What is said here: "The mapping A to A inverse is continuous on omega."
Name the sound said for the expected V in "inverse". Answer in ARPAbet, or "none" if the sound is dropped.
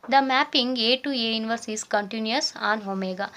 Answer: V